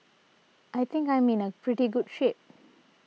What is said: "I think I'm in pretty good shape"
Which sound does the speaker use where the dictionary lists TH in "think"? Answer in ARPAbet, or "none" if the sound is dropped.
T